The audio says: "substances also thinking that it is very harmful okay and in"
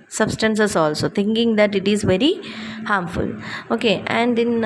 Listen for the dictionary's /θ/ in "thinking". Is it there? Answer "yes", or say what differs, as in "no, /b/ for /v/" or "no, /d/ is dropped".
no, /t/ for /θ/